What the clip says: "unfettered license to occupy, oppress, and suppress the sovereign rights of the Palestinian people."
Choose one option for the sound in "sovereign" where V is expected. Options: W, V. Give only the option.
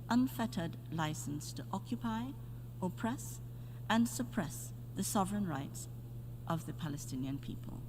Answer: V